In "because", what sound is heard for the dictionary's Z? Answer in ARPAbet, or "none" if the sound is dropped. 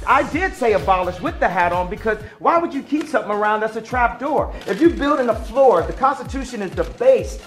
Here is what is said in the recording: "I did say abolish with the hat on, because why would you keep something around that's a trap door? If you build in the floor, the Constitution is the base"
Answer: Z